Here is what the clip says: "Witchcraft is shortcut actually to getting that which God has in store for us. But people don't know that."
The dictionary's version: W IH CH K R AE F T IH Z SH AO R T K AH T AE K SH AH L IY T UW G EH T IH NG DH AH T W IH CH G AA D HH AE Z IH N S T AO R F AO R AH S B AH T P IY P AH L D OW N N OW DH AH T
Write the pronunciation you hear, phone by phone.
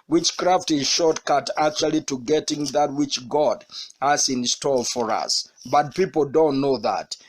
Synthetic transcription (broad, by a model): W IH CH K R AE F T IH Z SH AO R T K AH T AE K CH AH L IY T UW G EH T IH NG DH AH T W IH CH G AA D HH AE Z IH N S T AO L F AO R AH S B AH T P IY P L D OW N N OW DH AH T